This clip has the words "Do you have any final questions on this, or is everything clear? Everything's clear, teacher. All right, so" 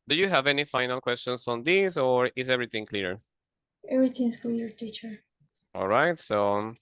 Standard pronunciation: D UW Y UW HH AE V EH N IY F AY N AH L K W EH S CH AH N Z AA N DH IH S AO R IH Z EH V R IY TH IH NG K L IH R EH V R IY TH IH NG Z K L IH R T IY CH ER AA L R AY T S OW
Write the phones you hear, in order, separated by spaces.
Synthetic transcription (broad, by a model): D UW Y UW HH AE V EH N IY F AY N AH L K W EH S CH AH N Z AA N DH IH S AO R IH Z EH V R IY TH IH NG K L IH R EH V R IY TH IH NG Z K L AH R T IY CH ER AA L R AY T S OW